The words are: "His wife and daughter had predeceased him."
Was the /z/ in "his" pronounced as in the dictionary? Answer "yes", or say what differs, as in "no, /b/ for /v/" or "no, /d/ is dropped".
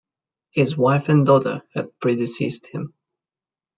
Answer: yes